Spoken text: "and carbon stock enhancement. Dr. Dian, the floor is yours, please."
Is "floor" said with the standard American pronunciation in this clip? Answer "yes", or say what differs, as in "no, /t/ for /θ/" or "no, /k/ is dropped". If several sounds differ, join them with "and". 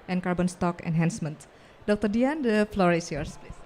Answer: yes